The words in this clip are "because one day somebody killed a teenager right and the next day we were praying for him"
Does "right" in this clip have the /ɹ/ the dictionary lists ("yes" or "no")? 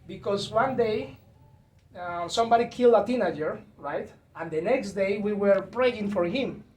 yes